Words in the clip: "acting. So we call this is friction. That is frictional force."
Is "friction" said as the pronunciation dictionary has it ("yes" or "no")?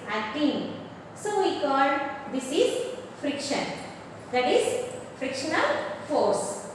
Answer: yes